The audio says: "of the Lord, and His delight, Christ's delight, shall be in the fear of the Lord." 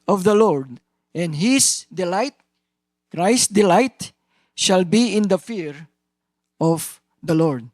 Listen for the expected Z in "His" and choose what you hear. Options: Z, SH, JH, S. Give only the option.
S